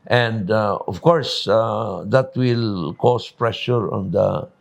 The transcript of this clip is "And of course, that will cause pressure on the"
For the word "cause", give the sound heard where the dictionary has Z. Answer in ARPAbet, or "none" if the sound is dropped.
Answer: S